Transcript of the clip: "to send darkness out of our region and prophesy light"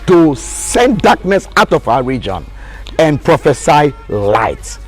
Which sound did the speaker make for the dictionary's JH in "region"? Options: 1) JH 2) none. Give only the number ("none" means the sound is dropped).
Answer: 1